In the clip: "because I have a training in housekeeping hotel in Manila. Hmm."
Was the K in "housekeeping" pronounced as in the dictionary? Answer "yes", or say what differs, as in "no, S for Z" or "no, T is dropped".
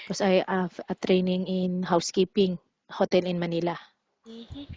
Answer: yes